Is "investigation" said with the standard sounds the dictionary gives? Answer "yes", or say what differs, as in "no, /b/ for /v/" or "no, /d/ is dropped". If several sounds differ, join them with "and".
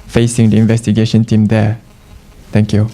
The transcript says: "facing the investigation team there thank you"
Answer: yes